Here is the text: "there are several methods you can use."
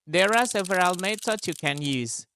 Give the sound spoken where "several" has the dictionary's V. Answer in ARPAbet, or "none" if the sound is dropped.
V